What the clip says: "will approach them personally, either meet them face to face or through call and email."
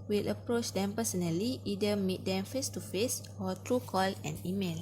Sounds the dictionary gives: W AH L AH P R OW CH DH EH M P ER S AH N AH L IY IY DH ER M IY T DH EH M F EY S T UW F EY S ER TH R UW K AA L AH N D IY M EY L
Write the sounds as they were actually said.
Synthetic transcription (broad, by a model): W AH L AH P R OW CH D EH M P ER S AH N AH L IY IY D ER M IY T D EH M F EY S T UW F EY S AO T R UW K AA L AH N IY M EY L